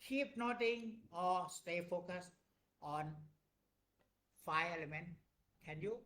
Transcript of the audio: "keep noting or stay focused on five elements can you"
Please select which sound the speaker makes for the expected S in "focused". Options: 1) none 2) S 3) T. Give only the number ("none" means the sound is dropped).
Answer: 2